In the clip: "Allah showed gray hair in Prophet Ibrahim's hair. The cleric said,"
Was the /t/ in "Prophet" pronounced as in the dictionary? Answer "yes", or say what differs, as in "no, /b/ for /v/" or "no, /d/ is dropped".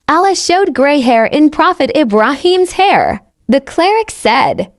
yes